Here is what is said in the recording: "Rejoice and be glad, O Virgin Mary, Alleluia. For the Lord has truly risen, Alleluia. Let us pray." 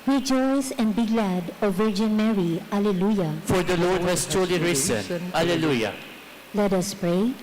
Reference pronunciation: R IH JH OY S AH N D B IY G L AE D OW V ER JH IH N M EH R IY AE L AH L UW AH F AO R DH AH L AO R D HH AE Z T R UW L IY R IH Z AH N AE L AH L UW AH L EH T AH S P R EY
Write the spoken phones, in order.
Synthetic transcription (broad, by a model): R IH JH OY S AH N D B IY G L AE D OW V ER JH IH N M EH R IY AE L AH L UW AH F AO R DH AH L AO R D HH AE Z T AO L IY R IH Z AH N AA L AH L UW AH L EH T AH S P R EY